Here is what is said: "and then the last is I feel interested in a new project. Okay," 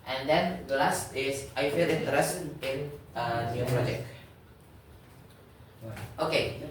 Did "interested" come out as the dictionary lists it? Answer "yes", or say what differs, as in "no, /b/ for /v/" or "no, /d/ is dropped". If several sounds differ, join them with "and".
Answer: no, /ɹ/ is dropped and /s/ is dropped